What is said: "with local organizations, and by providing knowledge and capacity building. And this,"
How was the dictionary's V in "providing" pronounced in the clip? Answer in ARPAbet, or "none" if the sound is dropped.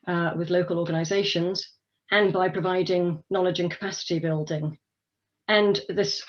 V